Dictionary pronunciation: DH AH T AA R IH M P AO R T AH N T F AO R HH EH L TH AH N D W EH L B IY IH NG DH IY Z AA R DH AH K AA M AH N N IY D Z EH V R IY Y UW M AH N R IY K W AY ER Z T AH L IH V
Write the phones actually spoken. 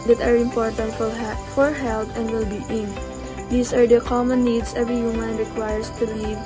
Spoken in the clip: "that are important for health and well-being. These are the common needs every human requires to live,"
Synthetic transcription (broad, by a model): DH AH T AA R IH M P AO R T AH N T F AO R HH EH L T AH N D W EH L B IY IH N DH IY S AA R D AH K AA M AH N N IY D S EH V R IY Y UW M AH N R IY K W AY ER S T AH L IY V